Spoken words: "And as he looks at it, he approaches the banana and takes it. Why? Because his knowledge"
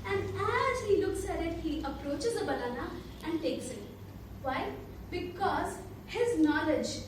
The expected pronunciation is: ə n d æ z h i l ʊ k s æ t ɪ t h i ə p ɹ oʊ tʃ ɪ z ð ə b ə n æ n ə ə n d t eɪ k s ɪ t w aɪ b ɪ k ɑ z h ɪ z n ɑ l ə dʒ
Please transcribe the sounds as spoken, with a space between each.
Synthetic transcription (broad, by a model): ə n d æ z h i l ʊ k s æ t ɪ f h i ə p ɹ oʊ tʃ ɪ z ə b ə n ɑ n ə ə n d t eɪ k s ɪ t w aɪ b ɪ k ɑ z h ɪ z n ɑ l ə dʒ